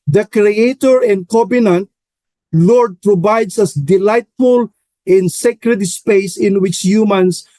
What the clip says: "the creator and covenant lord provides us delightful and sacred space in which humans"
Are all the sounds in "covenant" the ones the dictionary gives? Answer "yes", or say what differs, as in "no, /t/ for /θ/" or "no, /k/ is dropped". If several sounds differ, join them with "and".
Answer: no, /b/ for /v/